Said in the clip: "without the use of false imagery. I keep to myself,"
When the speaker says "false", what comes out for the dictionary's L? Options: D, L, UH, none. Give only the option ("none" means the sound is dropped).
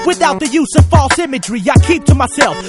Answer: L